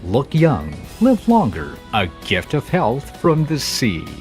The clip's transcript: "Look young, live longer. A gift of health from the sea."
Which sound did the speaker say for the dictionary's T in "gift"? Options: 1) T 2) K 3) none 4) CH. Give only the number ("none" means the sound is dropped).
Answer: 1